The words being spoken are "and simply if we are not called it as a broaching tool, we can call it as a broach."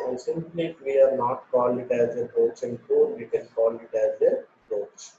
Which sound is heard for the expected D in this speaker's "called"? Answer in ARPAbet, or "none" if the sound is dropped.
none